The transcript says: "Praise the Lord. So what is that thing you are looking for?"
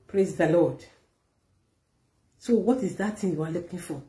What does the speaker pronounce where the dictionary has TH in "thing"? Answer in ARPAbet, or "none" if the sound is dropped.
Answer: T